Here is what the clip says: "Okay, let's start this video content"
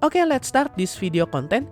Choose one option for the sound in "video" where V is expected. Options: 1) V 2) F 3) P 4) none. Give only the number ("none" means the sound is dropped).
2